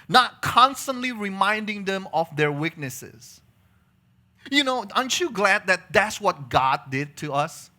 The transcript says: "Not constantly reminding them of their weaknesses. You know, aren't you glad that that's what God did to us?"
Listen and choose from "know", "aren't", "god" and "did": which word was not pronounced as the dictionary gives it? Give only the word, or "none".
aren't